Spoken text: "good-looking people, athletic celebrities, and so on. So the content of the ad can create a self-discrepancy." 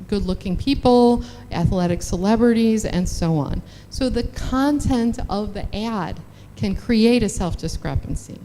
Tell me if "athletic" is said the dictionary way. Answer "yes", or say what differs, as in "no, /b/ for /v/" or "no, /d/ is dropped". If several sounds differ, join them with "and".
yes